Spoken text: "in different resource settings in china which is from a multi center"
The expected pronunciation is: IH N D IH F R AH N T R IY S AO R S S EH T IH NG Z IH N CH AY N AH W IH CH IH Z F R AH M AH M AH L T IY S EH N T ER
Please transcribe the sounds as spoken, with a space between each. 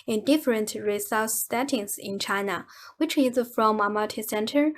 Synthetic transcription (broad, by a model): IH N D IH F R AH N T R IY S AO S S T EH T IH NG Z IH N CH AY N AH W IH CH IH Z F R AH M AH M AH T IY S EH N T ER